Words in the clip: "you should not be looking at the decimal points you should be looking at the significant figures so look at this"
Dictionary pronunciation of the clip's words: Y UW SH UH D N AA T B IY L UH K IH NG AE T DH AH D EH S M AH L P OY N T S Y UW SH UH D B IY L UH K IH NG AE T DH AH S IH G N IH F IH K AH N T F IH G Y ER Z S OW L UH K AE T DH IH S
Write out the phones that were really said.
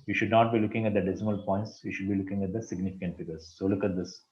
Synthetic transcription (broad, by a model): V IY SH UH D N AA T B IY L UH K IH NG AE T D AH D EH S M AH L P OY N T S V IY SH UH D B IY L UH K IH NG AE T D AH S IH G N IH F IH K AH N T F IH G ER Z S OW L UH K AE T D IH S